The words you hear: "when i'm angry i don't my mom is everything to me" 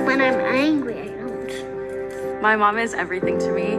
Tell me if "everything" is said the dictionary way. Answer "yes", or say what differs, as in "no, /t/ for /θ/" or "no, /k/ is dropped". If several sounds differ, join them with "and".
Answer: yes